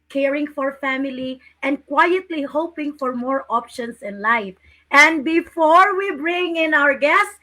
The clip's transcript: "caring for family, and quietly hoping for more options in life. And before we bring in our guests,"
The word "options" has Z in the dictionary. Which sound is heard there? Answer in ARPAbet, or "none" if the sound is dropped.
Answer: S